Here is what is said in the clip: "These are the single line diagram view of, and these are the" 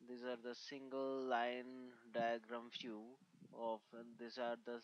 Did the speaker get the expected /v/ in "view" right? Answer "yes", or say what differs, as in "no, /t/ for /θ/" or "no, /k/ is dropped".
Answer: no, /f/ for /v/